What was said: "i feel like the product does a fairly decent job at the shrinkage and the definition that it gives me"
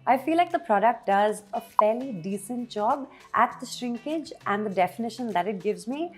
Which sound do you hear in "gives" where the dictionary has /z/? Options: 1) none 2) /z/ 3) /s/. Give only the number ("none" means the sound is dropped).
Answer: 2